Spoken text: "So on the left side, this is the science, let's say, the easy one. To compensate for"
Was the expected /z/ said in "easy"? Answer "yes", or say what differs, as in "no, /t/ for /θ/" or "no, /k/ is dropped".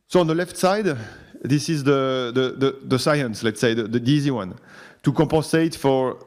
yes